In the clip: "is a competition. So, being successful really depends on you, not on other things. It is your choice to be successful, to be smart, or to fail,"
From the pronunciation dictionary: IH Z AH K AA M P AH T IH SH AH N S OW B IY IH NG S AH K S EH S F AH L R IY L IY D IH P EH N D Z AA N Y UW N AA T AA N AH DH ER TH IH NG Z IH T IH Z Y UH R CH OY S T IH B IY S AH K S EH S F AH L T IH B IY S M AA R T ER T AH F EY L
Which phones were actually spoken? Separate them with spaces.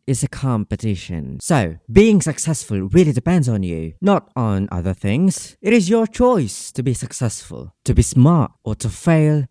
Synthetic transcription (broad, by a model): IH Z AH K AA M P AH T IH SH AH N S OW B IY IH NG S AH K S EH S F AH L R IY L IY D IH P EH N D Z N Y UW N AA T N AH DH ER TH IH NG Z IH T IH Z Y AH R CH OY S T IH B IY S AH K S EH S F AH L T IH B IY S M AA R T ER T AH F EY L